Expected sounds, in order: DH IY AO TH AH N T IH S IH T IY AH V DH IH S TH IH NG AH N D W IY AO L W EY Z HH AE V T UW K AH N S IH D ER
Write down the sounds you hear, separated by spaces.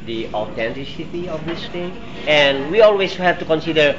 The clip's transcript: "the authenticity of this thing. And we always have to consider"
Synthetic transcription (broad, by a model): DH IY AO T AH N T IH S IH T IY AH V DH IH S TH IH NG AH N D W IY AO L W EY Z HH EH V T UW K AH N S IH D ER